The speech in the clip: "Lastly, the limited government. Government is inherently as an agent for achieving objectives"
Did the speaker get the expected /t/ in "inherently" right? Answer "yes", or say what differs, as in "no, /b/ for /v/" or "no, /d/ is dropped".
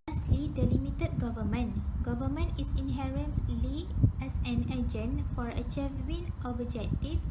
no, /s/ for /t/